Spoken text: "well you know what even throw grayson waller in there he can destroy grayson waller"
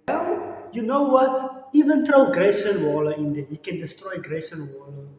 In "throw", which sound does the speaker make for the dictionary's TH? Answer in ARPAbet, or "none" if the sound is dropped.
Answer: T